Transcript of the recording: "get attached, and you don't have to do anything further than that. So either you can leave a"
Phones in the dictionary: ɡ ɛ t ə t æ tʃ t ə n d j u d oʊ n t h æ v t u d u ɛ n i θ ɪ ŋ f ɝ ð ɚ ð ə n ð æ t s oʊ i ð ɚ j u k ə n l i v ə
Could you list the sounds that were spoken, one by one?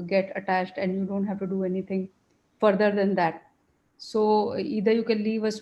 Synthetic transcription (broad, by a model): ɡ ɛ t ə t æ tʃ t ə n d j u d oʊ n t h æ v t u d u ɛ n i t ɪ ŋ f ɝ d ɚ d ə n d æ t s oʊ i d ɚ j u k ə n l i v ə